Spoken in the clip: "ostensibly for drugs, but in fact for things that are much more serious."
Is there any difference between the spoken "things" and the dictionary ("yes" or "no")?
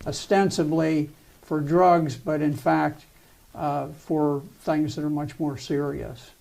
no